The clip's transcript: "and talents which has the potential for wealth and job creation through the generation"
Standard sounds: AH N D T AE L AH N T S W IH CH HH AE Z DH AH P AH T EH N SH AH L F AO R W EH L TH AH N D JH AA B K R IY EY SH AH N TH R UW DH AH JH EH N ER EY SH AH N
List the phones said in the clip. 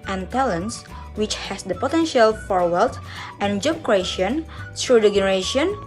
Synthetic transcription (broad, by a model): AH N T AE L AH N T S W IH CH HH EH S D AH P AH T EH N SH AH L F AO R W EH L T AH N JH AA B K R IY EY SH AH N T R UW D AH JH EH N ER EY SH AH N